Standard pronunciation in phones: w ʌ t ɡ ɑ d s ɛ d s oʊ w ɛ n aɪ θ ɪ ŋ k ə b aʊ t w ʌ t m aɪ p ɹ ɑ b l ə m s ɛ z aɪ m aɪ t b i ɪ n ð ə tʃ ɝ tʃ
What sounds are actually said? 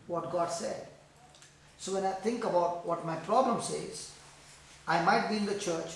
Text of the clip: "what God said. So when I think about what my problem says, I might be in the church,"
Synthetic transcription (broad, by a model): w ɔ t ɡ ɑ d s ɛ d s oʊ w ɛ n aɪ t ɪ ŋ k ə b aʊ t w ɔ t m aɪ p ɹ ɑ b l ə m s ɛ z aɪ m aɪ t b i ɪ n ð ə tʃ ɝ tʃ